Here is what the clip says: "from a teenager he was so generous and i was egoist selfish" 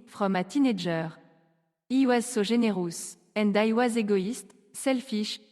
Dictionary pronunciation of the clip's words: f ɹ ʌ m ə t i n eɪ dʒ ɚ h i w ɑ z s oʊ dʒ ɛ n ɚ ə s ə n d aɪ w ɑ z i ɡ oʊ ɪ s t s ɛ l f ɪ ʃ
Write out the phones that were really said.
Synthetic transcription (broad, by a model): f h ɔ m ə t i n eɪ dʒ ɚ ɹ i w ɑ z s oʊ ʒ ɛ n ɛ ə s ə n d aɪ w ɑ z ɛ ɡ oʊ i s t s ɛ l f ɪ ʃ